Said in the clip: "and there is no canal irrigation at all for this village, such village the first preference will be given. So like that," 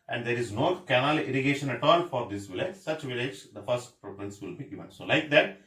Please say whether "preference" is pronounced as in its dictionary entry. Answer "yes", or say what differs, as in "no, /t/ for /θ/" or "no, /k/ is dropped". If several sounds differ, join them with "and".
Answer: no, /p/ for /f/